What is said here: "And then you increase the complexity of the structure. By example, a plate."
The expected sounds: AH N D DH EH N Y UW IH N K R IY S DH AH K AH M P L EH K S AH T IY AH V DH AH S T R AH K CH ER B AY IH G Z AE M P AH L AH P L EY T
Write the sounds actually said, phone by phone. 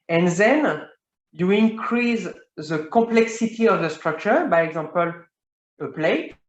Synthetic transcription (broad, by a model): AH N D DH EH N Y UW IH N K R IY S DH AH K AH P L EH K S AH T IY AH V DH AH S T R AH K CH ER B AY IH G Z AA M P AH L AH P L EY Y